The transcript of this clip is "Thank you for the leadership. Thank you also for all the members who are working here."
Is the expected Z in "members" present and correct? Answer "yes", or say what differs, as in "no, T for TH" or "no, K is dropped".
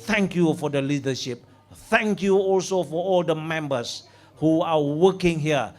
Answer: no, S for Z